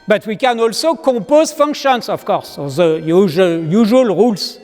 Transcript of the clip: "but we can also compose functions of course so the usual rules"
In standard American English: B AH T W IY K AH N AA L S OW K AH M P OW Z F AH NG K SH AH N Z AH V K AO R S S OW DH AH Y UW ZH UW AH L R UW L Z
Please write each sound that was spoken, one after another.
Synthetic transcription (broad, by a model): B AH T W IY K AH N AA L S OW K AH P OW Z F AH NG K SH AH N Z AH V K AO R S S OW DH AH Y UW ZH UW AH L R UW L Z